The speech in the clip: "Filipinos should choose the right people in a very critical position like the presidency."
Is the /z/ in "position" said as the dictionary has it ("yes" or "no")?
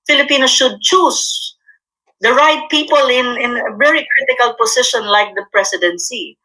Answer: no